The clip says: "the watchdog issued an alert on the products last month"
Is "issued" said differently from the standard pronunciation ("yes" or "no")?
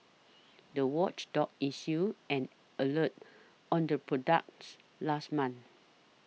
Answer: yes